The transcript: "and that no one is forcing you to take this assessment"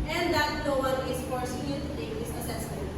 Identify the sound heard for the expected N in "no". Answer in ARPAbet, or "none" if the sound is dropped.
L